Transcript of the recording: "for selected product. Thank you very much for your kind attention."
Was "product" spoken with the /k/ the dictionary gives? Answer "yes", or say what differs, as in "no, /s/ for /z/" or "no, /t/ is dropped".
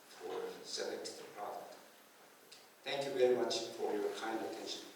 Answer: no, /k/ is dropped